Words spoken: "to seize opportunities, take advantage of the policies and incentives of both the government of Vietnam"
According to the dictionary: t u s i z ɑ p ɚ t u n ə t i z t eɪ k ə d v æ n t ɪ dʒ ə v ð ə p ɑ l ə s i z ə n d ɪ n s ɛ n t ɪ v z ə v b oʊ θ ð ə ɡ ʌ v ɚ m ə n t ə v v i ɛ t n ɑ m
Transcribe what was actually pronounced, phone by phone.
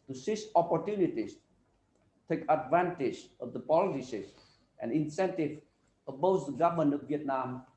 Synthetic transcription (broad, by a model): t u s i s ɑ p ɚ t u n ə t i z t eɪ k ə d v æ n t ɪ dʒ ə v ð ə p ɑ l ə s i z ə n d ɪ n s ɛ n t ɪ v ə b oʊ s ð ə ɡ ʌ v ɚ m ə n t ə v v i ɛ t n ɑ m